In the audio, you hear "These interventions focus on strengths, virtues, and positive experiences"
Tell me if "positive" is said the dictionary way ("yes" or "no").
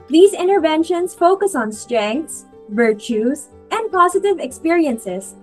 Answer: yes